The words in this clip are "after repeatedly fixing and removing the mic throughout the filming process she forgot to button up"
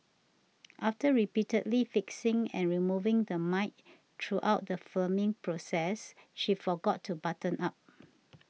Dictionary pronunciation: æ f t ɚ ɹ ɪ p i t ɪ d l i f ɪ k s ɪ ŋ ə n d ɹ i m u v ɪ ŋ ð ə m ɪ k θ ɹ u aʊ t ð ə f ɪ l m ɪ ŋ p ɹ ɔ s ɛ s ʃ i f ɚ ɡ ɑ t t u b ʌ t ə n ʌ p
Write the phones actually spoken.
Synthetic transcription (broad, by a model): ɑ f t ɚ ɹ ɪ p i t ɪ d l i f ɪ k s ɪ ŋ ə n ɹ i m u v ɪ ŋ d ə m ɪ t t ɹ u aʊ t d ə f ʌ m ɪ ŋ p ɹ ɔ s ɛ s ʃ i f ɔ ɡ ɑ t t u b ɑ t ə n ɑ p